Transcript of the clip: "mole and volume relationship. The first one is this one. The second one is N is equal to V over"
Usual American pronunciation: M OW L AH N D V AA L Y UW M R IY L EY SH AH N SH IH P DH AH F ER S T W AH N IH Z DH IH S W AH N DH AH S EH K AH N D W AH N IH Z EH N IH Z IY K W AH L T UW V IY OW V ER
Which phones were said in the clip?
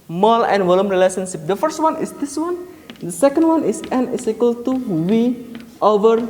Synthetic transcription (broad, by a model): M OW L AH N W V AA L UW M R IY L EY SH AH N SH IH P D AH F ER S T W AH N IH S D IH S W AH N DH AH S EH K AH N D W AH N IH S EH N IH S IY K W AH L T UW W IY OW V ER